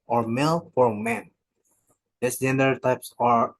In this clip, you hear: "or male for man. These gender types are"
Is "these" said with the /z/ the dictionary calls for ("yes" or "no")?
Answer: no